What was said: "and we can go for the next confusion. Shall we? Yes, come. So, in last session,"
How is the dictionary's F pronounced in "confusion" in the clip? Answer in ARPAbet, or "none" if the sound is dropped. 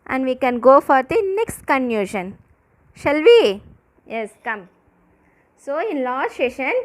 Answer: none